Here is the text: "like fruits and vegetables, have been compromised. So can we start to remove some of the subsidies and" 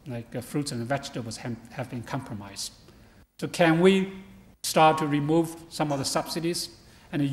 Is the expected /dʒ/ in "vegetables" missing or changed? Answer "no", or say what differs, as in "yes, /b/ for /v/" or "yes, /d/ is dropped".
yes, /tʃ/ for /dʒ/